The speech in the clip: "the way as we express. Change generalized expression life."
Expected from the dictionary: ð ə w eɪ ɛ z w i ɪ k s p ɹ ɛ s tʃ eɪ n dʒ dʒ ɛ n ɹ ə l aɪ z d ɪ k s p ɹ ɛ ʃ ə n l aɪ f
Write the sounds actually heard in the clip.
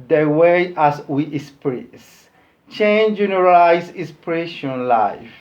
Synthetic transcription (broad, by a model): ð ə w eɪ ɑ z w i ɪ s p ɹ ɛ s tʃ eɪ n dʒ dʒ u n ə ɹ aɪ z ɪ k s p ɹ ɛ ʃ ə n l aɪ f